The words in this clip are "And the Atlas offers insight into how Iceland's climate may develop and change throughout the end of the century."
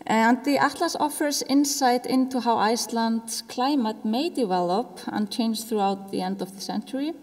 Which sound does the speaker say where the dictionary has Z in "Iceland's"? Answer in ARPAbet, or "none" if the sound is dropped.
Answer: S